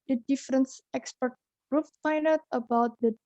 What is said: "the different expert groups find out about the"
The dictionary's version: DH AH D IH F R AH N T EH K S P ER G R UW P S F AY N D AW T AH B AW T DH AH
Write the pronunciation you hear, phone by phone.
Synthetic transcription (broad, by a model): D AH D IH F R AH N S EH K S P ER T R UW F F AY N AW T AH B AW T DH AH